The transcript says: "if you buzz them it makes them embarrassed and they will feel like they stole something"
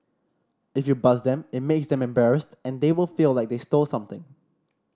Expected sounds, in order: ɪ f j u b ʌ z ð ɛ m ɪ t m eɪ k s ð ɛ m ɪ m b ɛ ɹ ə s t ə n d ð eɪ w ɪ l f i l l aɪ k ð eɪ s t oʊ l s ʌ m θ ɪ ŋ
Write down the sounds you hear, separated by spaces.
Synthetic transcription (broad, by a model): ɪ f j u b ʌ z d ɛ m ɪ t m eɪ k s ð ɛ m ɪ m b ɛ ɹ ə s t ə n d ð eɪ w ɪ l f i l l aɪ k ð eɪ s t oʊ l s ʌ m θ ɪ ŋ